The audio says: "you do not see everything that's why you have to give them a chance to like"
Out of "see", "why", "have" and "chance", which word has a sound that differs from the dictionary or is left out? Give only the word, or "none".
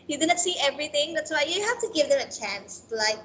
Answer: have